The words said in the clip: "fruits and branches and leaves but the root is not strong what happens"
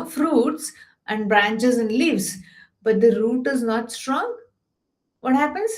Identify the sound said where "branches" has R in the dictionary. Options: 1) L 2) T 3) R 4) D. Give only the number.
3